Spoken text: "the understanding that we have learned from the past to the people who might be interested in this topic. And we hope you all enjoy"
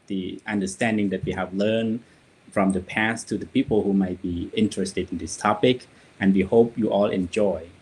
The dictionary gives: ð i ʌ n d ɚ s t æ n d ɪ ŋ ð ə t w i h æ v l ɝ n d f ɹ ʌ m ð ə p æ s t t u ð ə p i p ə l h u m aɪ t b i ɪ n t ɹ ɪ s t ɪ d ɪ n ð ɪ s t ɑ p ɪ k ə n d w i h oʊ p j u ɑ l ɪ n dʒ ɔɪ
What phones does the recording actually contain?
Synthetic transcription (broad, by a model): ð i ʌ n d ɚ s t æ n d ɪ ŋ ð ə t w i h æ v l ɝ n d f ɹ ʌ m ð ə p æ s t t u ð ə p i p ə l h u m aɪ t b i ɪ n t ɹ ɪ s t ɪ d ɪ n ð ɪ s t ɑ p ɪ k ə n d w i h oʊ p j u ɑ l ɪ n dʒ ɔɪ